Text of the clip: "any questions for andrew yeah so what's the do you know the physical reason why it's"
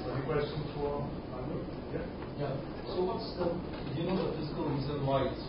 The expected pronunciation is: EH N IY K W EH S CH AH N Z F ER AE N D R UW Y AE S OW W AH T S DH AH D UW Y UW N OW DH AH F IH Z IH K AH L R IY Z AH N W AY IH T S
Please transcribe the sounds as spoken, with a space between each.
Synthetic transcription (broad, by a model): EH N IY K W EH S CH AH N F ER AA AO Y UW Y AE S OW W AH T S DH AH Y UW N OW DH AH F IH Z IH K AH L R IY Z AH N W AY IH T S